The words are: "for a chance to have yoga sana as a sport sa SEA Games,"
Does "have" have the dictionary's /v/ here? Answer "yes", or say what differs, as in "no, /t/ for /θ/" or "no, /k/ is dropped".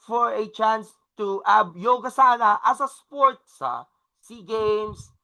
no, /b/ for /v/